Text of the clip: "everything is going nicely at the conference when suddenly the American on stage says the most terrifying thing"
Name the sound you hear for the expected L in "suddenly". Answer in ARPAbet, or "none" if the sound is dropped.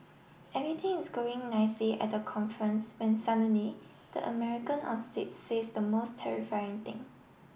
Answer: none